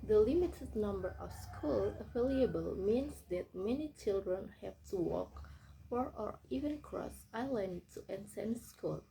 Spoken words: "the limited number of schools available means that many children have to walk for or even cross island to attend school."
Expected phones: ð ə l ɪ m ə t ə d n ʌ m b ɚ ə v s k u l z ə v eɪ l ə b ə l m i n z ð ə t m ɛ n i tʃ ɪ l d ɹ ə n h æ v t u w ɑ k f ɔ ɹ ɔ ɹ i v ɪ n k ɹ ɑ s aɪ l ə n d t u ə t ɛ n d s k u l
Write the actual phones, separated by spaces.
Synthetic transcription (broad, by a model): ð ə l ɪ m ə t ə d n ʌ m b ɚ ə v s k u l ə f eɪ l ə b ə l m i n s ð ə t m ɛ n i tʃ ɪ l d ɹ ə n h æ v t u w ɑ k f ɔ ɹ ɔ ɹ i v ɪ n k ɹ ɑ s aɪ l ə n d t u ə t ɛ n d s k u l